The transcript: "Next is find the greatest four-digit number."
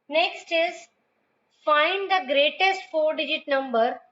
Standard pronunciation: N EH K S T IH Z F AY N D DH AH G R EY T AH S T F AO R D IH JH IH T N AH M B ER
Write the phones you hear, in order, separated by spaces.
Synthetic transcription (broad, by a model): N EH K S T IH Z F AY N D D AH G R EY T AH S T F AO R D IH JH IH T N AH M B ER